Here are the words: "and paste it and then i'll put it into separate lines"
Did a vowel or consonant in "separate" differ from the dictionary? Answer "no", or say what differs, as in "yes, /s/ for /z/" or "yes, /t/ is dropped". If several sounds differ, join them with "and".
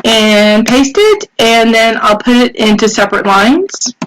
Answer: no